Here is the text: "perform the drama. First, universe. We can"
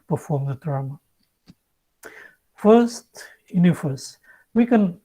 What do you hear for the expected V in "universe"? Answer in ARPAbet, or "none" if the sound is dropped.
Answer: F